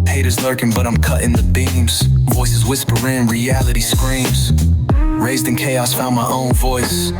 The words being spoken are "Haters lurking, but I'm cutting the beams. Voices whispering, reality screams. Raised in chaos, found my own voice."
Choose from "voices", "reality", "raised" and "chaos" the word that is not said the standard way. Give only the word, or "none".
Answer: none